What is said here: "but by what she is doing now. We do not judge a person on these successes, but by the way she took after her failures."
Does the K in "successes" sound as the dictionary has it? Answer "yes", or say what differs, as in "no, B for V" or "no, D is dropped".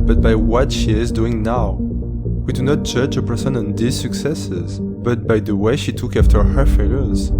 yes